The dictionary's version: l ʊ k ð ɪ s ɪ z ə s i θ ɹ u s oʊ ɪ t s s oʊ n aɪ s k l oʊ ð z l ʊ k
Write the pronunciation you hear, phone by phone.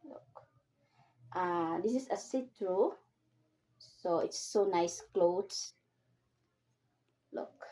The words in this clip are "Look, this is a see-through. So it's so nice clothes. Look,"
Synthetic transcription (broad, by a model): l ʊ k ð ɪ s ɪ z ə s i t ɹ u s oʊ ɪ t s s oʊ n aɪ s k l oʊ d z l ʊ k